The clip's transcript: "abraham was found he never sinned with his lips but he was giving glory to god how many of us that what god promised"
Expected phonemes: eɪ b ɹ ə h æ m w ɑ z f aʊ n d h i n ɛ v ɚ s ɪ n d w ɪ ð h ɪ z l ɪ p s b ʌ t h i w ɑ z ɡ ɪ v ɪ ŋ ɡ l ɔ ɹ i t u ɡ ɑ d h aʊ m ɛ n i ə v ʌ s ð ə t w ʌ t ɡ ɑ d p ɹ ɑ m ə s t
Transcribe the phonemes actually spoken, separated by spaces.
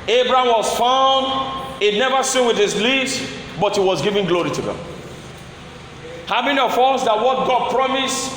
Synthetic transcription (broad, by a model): eɪ b ɹ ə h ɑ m w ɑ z f aʊ n d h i n ɛ v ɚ s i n w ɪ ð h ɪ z l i s b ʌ t h i w ɑ z ɡ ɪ v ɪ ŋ ɡ l ɔ ɹ i t u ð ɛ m h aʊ m ɛ n i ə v ʌ s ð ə t w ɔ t ɡ ɑ d p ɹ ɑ m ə s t